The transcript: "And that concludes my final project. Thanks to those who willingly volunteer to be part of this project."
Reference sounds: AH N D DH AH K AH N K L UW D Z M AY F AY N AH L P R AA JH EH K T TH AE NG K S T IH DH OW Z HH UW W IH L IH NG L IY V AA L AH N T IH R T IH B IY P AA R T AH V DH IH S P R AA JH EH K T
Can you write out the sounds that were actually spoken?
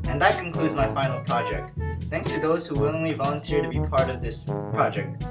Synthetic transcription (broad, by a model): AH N DH AH K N K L UW D Z M AY F AY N L P R AA JH EH K T TH AE NG K S T IH DH OW Z HH UW W IH L IH NG L IY V AA L AH N T IH R T IH B IY P AA R T AH V DH IH S P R AA JH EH K T